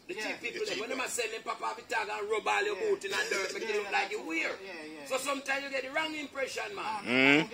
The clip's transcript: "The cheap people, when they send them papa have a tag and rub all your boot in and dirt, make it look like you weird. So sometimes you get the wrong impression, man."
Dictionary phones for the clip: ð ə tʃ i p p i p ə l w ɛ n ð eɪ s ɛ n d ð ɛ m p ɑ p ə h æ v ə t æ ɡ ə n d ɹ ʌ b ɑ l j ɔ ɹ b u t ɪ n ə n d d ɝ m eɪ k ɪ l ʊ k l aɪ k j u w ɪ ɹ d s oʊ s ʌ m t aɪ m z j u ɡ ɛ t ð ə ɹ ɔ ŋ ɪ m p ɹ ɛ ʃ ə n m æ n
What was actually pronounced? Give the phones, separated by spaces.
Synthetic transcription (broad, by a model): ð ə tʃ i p p i p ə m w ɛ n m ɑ s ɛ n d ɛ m p ɑ p ə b ə t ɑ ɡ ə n ɹ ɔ b ɑ l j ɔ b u t ɪ n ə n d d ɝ m eɪ k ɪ l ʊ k l aɪ k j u w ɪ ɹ s oʊ s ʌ m t aɪ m j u ɡ ɛ t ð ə ɹ ɔ ŋ ɪ m p ɹ ɛ ʃ ə n m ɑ